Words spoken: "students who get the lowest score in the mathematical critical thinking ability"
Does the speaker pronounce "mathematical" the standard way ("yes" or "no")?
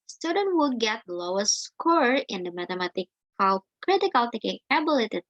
no